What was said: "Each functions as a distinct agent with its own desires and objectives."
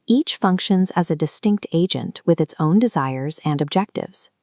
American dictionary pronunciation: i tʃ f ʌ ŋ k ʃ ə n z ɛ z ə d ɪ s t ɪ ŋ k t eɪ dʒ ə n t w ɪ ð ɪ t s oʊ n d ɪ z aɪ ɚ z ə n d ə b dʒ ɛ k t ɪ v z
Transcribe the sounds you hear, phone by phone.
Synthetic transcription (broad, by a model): i tʃ f ʌ ŋ k ʃ ə n z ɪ z ə d ɪ s t ɪ ŋ k t eɪ dʒ ə n t w ɪ ð ɪ t s oʊ n d ɪ z aɪ ɚ z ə n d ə b dʒ ɛ k t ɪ v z